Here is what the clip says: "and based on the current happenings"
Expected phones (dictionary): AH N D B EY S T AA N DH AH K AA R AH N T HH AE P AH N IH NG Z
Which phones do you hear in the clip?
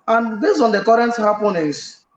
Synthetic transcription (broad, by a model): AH N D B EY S AA N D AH K AA R AH N T HH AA P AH N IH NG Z